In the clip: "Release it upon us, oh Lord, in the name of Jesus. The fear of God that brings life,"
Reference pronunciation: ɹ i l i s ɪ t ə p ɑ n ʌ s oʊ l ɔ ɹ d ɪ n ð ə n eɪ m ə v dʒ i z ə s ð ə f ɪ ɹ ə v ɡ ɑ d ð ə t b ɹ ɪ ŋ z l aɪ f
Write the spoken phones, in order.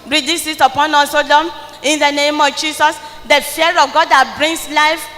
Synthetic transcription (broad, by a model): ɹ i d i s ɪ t ə p ɑ n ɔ s oʊ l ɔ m ɪ n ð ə n eɪ m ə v dʒ i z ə s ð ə f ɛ ɹ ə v ɡ ɑ d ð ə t b ɹ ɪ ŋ s l aɪ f